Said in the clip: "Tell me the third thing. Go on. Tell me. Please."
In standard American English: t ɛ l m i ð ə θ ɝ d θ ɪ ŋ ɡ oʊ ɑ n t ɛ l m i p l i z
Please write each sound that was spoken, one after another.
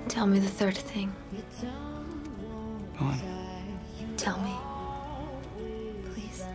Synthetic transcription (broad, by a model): t ɛ l m i ð ə θ ɝ d θ ɪ ŋ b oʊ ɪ t ɛ l m i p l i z